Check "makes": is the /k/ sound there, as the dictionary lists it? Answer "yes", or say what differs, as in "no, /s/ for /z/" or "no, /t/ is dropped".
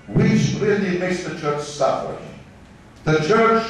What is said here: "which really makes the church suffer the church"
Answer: no, /k/ is dropped